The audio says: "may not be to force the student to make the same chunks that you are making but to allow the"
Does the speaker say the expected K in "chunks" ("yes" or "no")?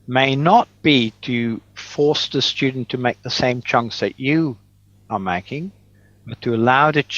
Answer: yes